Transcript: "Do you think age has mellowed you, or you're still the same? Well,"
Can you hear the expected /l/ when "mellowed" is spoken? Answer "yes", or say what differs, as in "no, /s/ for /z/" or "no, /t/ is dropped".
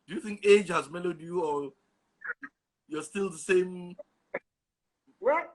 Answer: yes